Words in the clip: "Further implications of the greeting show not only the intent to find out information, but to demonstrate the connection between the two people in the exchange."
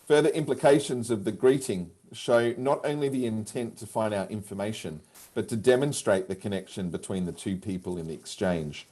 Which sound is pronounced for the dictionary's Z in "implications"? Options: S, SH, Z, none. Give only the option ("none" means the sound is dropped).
Z